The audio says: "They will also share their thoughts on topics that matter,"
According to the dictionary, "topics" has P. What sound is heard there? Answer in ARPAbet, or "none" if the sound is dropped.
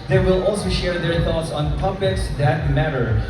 B